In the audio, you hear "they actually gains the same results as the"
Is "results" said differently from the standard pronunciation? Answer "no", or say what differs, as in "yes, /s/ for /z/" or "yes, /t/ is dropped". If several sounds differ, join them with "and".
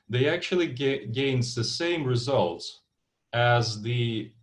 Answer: no